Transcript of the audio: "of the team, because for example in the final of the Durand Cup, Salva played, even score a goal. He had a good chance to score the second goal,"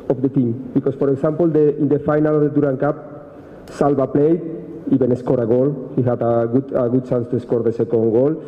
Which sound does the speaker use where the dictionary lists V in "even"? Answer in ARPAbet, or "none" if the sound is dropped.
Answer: B